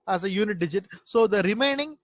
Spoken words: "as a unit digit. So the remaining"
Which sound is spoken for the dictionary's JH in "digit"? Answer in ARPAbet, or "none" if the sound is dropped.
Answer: JH